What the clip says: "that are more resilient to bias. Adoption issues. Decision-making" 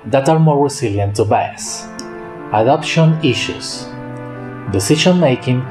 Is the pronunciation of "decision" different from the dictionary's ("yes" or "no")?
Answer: yes